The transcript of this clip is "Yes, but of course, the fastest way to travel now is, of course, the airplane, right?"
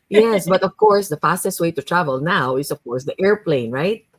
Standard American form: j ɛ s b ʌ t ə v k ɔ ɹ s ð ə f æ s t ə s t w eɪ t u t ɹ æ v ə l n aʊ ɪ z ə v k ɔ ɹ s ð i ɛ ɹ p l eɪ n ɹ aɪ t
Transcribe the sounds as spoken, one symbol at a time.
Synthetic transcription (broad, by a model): j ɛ s b ʌ t ə v k ɔ ɹ s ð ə f æ s t ə s t w eɪ t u t ɹ æ v ə l n aʊ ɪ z ə v k ɔ ɹ s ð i ɛ ɹ p l eɪ n ɹ aɪ t